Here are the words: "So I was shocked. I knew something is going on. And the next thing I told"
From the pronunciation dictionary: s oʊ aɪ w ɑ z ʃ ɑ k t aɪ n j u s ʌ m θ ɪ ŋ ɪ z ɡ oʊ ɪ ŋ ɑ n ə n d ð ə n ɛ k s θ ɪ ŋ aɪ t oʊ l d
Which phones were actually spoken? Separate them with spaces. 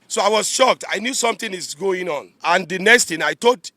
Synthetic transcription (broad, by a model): s oʊ aɪ w ɑ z ʃ ɑ k t aɪ n j u s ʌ m t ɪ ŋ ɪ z ɡ oʊ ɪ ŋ ɑ n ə n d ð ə n ɛ k s t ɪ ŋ aɪ t oʊ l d